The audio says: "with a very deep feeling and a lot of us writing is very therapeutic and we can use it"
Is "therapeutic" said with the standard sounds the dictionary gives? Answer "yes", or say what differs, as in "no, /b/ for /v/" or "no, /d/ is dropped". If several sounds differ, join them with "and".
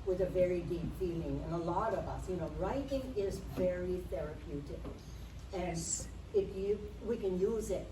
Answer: yes